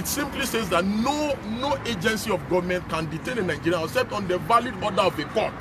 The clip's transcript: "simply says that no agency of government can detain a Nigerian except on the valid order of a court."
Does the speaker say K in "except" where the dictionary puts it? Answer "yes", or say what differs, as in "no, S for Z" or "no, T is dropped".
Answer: no, K is dropped